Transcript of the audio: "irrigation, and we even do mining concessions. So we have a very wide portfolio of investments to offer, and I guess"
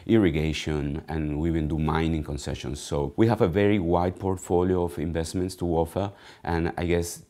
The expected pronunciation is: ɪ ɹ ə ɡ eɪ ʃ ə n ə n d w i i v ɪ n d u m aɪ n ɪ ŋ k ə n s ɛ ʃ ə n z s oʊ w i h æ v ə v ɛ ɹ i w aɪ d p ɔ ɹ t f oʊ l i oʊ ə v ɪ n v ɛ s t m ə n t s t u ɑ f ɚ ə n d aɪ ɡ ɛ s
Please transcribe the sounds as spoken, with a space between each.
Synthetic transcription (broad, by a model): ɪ ɹ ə ɡ eɪ ʃ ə n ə n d w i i w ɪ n d u m aɪ n ɪ ŋ k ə n s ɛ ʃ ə n s oʊ w i h æ v ə v ɛ ɹ i w aɪ d p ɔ ɹ t f oʊ l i oʊ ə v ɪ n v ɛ s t m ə n t s t u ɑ f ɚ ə n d aɪ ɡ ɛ s